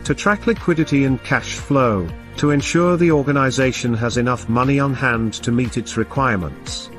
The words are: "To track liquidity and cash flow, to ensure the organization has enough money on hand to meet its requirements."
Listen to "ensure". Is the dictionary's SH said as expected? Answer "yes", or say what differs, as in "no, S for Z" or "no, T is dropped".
yes